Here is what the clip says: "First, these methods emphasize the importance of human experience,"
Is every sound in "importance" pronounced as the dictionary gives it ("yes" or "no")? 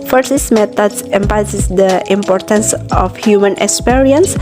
yes